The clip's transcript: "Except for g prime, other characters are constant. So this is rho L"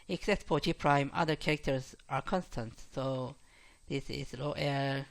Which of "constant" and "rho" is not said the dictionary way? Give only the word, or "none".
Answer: rho